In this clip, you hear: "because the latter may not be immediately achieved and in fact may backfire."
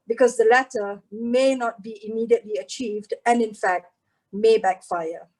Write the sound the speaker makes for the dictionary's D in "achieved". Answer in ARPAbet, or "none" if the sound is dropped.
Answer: D